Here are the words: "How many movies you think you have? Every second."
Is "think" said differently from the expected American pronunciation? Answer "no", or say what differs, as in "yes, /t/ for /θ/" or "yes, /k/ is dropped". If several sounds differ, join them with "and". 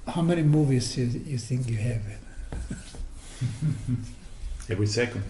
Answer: no